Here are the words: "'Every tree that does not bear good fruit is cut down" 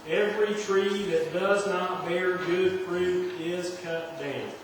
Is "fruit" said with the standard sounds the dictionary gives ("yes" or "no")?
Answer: no